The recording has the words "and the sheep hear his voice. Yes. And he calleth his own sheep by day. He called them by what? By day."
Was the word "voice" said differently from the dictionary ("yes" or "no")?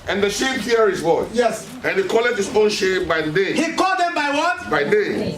yes